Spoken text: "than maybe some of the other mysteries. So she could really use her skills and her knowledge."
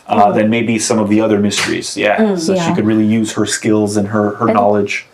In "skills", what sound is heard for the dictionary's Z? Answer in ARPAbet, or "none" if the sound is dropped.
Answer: Z